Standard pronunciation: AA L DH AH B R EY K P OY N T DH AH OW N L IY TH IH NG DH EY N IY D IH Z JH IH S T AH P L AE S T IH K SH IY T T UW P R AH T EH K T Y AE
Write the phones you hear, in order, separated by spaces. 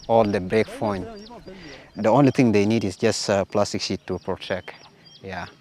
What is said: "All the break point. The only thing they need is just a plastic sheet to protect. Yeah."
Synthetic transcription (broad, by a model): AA L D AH B R EY K F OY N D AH OW N L IY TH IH NG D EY N IY D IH S JH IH S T AH P L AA S T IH K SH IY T T UW P R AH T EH K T Y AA